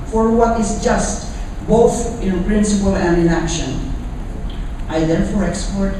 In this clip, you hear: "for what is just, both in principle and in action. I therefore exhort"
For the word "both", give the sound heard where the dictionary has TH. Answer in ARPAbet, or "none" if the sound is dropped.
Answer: TH